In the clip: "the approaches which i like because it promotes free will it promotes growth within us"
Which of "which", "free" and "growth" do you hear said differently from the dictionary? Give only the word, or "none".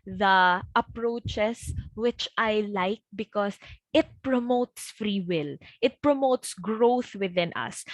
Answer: none